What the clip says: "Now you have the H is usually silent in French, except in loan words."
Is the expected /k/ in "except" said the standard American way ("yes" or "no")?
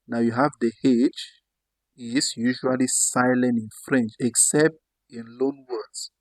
yes